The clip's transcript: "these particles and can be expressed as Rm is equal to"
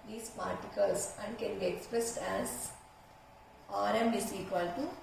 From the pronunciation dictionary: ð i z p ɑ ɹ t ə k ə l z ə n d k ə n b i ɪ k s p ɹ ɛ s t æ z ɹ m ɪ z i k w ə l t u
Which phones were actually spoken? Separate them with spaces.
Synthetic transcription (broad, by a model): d i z p ɑ ɹ t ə k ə l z ə n d k ə n b i ɪ k s p ɹ ɛ s t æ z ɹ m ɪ s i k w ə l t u